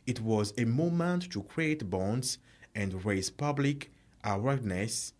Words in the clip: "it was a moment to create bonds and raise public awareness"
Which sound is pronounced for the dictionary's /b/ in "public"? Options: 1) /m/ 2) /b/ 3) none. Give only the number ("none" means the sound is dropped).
2